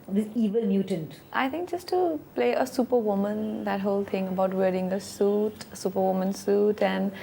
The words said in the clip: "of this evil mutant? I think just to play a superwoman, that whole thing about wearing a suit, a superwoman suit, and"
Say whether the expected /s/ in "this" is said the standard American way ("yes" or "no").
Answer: no